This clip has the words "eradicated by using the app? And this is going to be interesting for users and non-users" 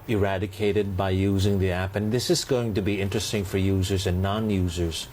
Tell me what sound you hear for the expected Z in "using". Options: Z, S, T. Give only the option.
Z